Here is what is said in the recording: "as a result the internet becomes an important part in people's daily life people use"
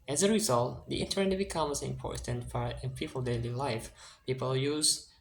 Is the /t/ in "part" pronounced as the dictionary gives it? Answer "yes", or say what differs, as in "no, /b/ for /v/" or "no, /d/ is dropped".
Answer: no, /t/ is dropped